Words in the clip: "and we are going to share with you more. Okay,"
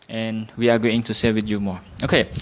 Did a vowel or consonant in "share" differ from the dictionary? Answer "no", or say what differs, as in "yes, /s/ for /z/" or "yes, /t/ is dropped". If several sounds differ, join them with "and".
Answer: yes, /l/ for /ɹ/